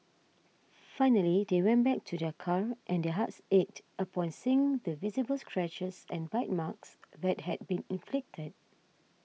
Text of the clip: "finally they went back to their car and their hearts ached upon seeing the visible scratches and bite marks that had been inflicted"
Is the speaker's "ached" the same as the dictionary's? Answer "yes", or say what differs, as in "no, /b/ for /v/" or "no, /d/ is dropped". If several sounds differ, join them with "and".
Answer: no, /k/ is dropped